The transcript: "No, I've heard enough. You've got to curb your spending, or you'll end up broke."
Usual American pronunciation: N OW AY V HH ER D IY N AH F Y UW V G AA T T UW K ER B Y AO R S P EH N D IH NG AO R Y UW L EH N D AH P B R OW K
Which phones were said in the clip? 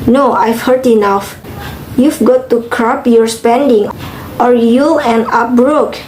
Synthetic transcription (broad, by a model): N OW AY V HH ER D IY N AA F Y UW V G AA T T UW K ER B Y AO R S P EH N D IH NG AO R Y UW L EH N AH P B R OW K